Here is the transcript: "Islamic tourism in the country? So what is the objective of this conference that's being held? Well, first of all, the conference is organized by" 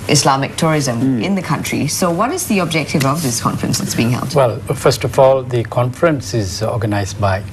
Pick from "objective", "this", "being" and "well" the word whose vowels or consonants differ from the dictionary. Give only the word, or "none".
none